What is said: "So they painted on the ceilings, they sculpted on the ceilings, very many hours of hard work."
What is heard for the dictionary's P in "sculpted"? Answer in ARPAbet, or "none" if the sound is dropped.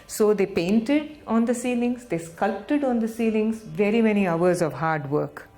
P